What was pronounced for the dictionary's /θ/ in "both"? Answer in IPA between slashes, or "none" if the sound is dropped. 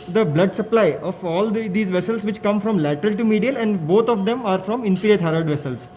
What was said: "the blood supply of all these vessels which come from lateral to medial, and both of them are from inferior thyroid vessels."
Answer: /t/